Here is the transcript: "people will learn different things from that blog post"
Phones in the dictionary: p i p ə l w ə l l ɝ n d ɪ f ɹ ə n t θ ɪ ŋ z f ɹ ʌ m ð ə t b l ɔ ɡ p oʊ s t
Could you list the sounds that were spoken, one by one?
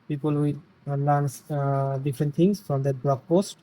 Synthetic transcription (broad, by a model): p i p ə l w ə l n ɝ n d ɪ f ɹ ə n t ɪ ŋ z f ɹ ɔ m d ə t b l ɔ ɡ p oʊ s t